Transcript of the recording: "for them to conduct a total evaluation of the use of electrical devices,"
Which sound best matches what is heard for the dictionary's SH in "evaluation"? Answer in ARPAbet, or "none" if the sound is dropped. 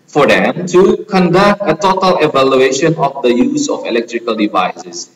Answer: SH